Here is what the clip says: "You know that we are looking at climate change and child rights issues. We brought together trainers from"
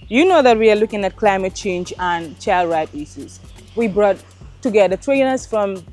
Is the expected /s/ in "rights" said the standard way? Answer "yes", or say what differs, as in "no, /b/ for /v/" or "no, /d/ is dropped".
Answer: no, /s/ is dropped